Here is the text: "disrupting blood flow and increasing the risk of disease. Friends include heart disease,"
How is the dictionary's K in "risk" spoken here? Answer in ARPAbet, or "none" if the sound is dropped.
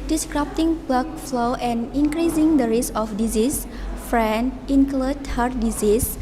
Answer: none